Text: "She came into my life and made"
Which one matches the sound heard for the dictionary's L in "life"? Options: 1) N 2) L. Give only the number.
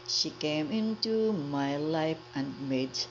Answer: 2